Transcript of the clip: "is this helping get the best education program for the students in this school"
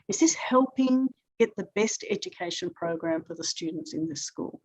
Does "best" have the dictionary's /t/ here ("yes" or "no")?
yes